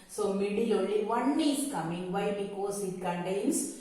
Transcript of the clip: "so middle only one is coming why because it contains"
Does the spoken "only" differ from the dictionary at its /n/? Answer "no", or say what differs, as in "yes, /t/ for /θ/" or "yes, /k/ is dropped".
yes, /n/ is dropped